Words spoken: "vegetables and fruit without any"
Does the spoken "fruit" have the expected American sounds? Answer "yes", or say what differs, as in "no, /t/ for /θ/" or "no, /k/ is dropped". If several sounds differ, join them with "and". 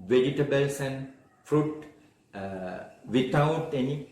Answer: yes